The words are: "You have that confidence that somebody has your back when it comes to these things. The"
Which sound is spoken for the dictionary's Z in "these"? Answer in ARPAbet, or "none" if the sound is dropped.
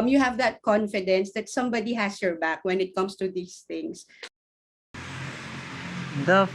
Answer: S